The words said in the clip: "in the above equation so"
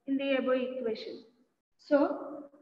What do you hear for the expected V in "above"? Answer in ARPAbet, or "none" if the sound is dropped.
none